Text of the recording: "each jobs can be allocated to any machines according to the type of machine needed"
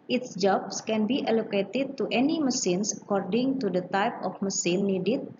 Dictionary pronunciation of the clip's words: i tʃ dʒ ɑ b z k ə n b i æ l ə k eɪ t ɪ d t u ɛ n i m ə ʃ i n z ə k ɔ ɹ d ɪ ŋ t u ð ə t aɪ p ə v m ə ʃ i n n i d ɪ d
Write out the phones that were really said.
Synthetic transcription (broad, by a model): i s dʒ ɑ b s k ə n b i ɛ l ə k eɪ t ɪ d t u ɛ n i m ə s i n s ə k ɔ ɹ d ɪ ŋ t u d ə t aɪ p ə f m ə s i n n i d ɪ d